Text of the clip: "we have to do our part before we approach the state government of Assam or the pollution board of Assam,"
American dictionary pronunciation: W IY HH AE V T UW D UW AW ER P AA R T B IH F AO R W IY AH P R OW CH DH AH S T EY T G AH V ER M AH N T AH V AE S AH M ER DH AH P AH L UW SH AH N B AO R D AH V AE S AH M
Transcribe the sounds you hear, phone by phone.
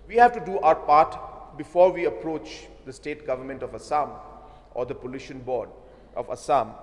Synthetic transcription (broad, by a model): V IY HH AE V T UW D UW AW ER P AA R T B IH F AO R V IY AH P R OW CH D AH S T EY T G AH V ER M AH N T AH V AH S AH M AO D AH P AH L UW SH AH N B AO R D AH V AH S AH M